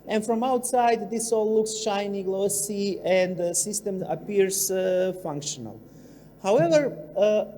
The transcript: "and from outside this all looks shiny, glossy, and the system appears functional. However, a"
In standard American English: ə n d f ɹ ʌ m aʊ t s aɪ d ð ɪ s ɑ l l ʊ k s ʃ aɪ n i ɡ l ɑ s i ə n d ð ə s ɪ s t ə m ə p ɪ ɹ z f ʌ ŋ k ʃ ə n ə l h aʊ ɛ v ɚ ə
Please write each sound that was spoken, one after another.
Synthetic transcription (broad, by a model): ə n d f ɹ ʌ m aʊ t s aɪ d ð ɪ s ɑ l l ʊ k s ʃ aɪ n i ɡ l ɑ s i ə n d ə s ɪ s t ə m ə p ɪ ɹ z f ʌ ŋ k ʃ ə n ə l h aʊ ɛ v ɚ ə